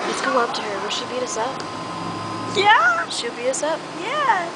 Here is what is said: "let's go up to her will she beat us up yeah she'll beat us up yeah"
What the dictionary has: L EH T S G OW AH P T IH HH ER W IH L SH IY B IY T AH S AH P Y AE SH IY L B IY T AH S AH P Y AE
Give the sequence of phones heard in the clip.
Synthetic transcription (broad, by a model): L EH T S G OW AH P T IH HH ER W IH L SH IY B IY T AH S AH P Y AE SH IY L B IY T AH S AH P Y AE